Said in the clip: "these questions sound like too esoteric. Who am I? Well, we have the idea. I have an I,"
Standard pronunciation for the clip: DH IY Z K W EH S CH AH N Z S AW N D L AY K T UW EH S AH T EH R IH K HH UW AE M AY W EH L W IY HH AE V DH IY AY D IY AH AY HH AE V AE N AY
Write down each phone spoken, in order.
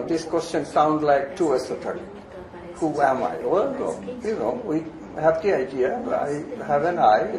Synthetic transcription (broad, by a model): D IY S K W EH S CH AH N S AW N D L AY K T UW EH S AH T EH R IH HH UW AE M AY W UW N W IY HH AE V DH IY AY D IY AH AY HH AE V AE N AY